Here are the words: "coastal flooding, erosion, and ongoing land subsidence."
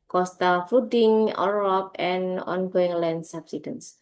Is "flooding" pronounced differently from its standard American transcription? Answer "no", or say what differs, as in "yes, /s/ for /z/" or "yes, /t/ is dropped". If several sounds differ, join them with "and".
yes, /l/ is dropped